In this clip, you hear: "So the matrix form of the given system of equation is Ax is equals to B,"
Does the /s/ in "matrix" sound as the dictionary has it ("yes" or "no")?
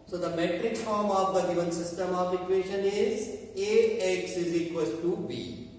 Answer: no